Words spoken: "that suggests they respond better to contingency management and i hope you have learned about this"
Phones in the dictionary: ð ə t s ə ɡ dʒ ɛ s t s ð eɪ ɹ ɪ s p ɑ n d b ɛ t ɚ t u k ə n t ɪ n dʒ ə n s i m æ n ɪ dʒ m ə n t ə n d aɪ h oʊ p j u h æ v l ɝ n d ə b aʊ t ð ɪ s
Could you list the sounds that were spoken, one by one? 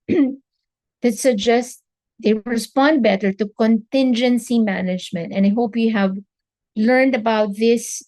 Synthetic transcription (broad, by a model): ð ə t s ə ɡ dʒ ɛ s t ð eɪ ɹ ɪ s p ɑ n d b ɛ t ɚ t u k ə n t ɪ n dʒ ə n s i m æ n ɪ dʒ m ə n t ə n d aɪ h oʊ p j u h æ v l ɝ n d ə b aʊ t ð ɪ s